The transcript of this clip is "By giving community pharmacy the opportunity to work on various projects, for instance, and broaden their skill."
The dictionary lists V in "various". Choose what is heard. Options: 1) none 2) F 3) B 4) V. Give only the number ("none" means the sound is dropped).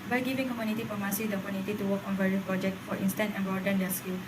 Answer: 3